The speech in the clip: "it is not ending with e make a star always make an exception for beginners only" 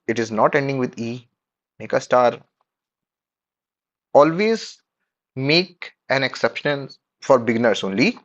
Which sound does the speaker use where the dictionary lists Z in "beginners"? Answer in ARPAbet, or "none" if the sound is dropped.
S